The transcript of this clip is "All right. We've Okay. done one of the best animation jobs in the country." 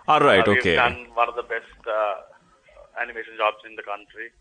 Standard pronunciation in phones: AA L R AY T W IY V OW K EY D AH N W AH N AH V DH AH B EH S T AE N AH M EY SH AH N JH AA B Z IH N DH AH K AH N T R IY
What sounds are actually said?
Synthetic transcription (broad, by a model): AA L R AY T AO IY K EY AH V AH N AH V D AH B EH S T AE N AH M EY SH AH N JH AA B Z IH N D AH K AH N T R IY